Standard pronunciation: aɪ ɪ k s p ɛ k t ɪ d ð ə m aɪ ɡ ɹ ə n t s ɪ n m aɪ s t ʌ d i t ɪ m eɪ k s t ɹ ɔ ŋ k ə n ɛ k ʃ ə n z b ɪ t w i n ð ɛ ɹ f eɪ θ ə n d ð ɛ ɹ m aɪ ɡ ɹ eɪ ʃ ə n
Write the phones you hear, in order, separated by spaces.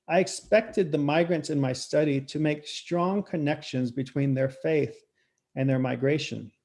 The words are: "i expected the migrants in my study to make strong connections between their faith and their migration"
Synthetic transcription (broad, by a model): aɪ ɪ k s p ɛ k t ɪ d ð ə m aɪ ɡ ɹ ə n t s ɪ n m aɪ s t ʌ d i t ɪ m eɪ k s t ɹ ɔ ŋ k ə n ɛ k ʃ ə n z b ɪ t w i n ð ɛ ɹ f eɪ θ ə n ð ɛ ɹ m aɪ ɡ ɹ eɪ ʃ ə n